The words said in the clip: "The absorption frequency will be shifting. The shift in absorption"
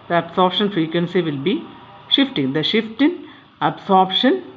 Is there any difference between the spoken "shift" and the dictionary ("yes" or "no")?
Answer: no